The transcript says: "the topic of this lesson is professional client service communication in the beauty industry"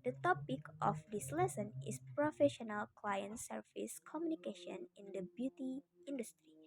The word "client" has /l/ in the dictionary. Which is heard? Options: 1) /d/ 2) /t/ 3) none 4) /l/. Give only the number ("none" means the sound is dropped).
4